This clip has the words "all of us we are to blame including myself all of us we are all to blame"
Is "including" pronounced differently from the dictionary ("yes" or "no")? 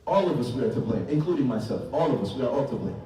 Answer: no